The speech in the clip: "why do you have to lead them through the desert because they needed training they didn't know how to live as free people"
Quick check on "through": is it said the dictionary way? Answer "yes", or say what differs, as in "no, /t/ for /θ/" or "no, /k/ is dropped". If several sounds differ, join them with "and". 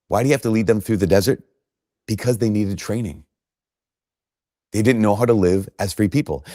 yes